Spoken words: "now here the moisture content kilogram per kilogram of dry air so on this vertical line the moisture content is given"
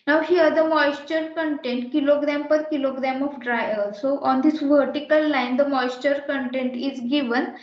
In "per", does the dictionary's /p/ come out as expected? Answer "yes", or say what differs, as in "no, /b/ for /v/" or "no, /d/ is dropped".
yes